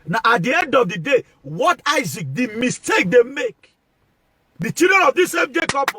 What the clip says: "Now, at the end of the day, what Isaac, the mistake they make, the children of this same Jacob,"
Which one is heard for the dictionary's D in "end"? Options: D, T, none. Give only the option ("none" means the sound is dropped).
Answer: D